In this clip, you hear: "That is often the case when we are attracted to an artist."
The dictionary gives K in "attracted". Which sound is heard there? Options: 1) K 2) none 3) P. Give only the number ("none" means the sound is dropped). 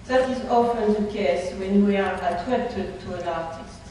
2